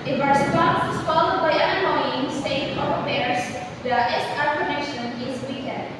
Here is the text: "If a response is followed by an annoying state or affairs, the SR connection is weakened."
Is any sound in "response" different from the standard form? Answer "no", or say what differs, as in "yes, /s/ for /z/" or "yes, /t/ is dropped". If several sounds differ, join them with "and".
yes, /p/ is dropped